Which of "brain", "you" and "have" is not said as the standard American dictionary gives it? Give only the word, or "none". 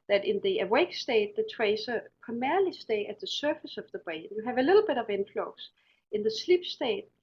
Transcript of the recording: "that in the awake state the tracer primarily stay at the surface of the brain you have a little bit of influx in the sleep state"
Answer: brain